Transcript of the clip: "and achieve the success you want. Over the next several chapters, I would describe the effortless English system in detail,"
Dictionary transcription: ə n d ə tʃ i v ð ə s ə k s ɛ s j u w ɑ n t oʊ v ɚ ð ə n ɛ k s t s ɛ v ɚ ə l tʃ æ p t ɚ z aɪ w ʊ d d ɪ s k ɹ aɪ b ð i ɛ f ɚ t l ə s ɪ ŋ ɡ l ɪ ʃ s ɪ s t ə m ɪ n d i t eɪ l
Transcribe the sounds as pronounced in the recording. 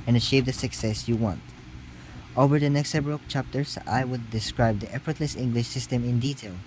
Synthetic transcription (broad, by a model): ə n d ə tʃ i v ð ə s ə k s ɛ s j u w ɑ n t oʊ v ɚ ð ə n ɛ k s t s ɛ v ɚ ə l tʃ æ p t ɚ s aɪ w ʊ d d ɪ s k ɹ aɪ b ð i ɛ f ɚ t l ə s ɪ ŋ ɡ l ɪ ʃ s ɪ s t ə m ɪ n d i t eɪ l